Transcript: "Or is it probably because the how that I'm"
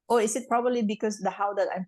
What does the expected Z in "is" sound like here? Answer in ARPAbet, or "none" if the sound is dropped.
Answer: S